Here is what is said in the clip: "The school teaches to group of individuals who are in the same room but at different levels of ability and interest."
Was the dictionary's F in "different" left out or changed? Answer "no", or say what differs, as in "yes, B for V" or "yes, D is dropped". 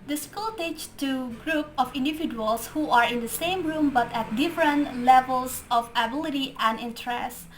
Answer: no